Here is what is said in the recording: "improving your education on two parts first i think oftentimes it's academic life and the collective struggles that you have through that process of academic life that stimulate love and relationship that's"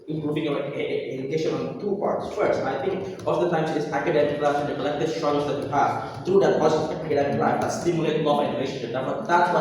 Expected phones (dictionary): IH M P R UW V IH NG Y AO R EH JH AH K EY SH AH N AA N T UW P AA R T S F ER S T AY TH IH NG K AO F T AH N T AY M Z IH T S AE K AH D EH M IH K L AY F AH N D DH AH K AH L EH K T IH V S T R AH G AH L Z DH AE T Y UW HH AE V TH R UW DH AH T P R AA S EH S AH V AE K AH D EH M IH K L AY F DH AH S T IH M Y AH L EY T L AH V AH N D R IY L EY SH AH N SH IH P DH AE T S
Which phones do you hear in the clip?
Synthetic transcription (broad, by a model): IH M P R UW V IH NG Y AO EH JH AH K EY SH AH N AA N T UW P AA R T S F ER S T AY T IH NG K AO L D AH T AY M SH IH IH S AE K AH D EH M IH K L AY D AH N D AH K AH L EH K T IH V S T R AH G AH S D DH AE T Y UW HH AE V T R UW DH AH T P AA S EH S AE K AH D EH M IH K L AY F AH S T IH M Y AH L EY T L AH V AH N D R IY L EY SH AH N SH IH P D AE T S